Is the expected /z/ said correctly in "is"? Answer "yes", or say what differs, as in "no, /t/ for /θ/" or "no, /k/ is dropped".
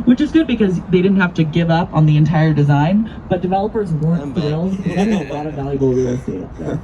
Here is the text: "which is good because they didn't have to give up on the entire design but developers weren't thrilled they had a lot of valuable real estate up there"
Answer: yes